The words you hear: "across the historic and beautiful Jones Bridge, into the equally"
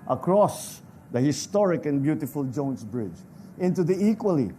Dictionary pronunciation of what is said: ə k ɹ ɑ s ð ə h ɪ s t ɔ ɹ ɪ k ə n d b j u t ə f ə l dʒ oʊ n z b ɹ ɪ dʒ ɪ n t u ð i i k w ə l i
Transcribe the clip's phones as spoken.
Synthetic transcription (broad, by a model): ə k ɹ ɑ s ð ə h ɪ s t ɔ ɹ ɪ k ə n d b j u t ə f ə l dʒ oʊ n s b ɹ ɪ dʒ ɪ n t u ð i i k w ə l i